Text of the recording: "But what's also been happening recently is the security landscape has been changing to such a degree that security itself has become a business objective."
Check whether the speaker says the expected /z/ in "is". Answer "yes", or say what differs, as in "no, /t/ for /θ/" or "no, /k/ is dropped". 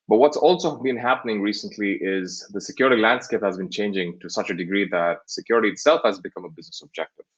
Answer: yes